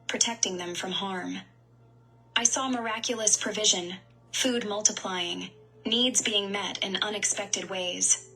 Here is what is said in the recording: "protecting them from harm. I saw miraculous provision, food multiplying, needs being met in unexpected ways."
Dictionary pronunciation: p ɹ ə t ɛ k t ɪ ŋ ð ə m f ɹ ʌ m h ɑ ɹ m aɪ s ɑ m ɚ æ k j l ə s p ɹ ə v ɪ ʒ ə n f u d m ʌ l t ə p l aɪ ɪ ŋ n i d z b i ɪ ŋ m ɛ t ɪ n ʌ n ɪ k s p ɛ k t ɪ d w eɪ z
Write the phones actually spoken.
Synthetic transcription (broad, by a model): p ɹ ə t ɛ k t ɪ ŋ ð ə m f ɹ ʌ m h ɑ ɹ m aɪ s ɑ m ɚ æ k j l ə s p ɹ ə v ɪ ʒ ə n f u d m ʌ l t ə p l aɪ ɪ ŋ n i d z b i ɪ ŋ m ɛ t ɪ n ʌ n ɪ k s p ɛ k t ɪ d w eɪ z